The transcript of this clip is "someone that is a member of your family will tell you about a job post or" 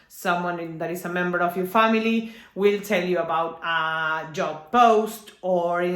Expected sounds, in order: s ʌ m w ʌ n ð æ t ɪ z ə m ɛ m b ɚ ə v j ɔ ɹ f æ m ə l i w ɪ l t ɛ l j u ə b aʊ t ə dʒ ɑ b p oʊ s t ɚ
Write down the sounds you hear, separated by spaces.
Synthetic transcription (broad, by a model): s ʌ m w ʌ n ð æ t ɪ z ə m ɛ m b ɚ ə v j ɔ ɹ f æ m ə l i w ɪ l t ɛ l j u ə b aʊ t ə dʒ ɑ b p oʊ s t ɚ